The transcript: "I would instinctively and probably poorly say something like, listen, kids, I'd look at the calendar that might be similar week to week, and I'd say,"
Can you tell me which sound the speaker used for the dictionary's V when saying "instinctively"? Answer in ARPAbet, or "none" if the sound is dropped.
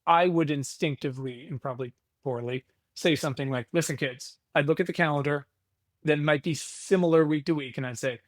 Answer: V